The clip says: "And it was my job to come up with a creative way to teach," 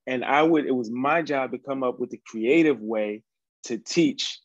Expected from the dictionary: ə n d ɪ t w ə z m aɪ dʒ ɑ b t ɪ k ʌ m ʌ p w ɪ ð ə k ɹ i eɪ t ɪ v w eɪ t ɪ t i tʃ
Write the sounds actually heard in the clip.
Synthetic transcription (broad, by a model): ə n d ɪ t w ə z m aɪ dʒ ɑ b t ɪ k ʌ m ʌ p w ɪ ð ə k ɹ i eɪ t ɪ v w eɪ t ɪ t i tʃ